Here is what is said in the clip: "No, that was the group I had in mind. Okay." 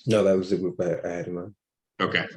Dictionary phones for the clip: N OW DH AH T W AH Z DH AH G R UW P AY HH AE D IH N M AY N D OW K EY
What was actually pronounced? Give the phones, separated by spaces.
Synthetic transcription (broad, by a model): N OW DH AH T W AH Z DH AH G R UW P AY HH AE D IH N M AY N OW K EY